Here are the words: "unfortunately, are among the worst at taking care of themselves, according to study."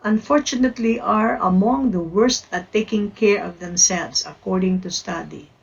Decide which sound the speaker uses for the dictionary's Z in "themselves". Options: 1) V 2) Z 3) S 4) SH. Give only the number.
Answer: 3